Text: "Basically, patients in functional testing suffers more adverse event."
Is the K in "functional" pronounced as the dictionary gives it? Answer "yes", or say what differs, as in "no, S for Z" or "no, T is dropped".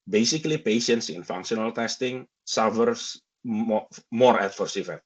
yes